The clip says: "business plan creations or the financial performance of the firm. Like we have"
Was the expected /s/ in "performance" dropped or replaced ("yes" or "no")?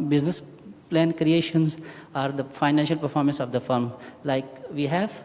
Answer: no